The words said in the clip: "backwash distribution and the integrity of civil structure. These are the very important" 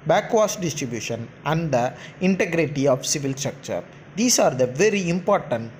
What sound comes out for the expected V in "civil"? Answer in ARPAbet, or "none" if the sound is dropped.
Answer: V